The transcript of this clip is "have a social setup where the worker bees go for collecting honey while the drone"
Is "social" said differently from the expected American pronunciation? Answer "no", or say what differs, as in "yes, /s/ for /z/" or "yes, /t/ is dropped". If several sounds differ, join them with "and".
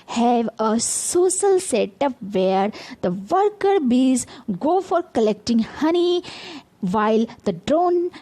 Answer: yes, /s/ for /ʃ/